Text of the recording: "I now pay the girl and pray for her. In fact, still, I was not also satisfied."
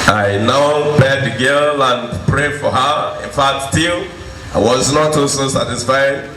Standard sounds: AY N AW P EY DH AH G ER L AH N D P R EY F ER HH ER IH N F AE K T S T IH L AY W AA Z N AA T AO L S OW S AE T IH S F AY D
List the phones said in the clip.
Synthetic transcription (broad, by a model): AY N AW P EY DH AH G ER L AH N P R EY F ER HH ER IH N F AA T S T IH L AY W AA Z N AA T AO S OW S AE T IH S F AY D